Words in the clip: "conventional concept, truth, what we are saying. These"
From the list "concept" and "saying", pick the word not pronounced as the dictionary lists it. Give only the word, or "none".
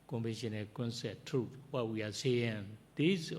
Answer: concept